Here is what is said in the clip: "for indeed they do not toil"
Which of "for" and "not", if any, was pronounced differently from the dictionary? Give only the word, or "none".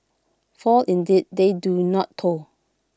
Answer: for